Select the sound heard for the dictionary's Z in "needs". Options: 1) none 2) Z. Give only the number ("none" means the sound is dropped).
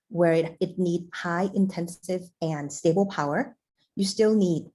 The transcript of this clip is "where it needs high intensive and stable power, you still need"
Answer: 1